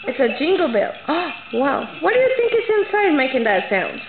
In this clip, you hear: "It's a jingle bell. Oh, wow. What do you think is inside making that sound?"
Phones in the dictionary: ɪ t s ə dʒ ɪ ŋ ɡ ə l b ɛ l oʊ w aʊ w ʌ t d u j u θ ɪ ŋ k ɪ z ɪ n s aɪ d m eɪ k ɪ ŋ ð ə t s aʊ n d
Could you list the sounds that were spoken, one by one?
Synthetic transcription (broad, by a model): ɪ t s ə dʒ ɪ ŋ ɡ l b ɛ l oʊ w aʊ w ʌ t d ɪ j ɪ θ ɪ ŋ k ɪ s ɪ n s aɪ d m eɪ k ɪ ŋ ð ə t s aʊ n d